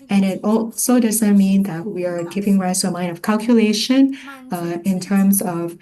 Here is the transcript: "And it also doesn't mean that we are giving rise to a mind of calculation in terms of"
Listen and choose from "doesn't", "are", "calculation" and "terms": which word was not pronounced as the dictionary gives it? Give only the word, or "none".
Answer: none